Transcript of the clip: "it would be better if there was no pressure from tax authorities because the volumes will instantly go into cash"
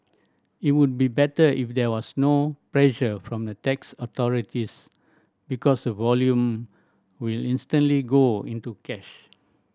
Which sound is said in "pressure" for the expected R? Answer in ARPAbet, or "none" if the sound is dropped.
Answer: L